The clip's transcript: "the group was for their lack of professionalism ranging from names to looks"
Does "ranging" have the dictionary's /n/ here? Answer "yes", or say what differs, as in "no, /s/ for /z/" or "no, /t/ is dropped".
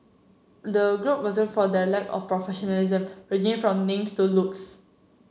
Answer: no, /n/ is dropped